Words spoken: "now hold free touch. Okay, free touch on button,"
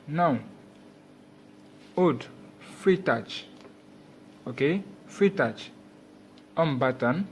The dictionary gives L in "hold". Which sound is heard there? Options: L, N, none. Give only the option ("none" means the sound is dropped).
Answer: none